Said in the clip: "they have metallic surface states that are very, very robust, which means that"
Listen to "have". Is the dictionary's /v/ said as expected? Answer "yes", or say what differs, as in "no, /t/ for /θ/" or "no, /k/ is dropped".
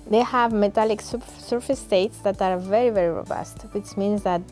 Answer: yes